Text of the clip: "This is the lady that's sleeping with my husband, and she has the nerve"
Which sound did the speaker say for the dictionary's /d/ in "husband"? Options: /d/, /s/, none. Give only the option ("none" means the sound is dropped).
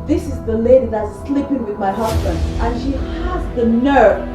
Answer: /d/